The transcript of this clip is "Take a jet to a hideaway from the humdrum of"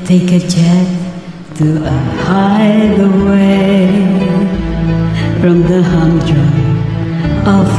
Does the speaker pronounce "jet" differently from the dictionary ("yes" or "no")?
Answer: yes